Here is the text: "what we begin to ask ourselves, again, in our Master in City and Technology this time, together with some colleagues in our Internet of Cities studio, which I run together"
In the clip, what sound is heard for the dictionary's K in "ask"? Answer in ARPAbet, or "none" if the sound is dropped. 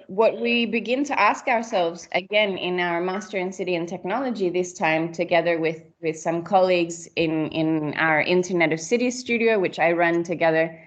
K